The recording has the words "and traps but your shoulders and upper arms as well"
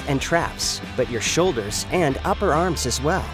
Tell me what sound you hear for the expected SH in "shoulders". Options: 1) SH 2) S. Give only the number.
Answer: 1